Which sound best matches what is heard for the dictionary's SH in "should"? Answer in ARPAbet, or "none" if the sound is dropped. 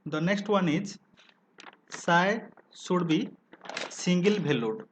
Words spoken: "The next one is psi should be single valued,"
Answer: S